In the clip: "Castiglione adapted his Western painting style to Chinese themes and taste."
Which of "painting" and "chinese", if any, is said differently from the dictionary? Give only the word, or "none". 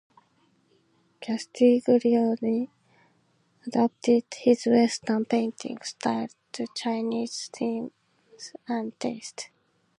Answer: none